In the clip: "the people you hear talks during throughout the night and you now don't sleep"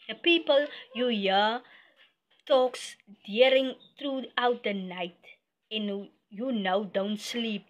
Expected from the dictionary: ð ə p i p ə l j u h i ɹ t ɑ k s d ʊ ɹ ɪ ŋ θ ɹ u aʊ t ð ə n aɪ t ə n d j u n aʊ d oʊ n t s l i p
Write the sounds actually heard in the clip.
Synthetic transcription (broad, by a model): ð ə p i p ə l j u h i t ɑ k s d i ɹ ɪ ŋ t ɹ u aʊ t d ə n aɪ t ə n j u n aʊ d oʊ n t s l i p